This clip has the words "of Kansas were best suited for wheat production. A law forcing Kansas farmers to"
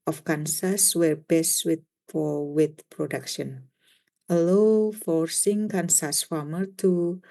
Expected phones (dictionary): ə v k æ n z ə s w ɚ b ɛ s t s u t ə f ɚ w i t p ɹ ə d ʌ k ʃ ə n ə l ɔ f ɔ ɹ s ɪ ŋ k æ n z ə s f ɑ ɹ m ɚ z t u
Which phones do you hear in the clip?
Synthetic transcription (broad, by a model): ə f k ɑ n s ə s w ɚ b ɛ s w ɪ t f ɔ w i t p ɹ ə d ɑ k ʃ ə n ə l ɔ f ɔ ɹ s ɪ ŋ k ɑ n s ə s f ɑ m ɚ t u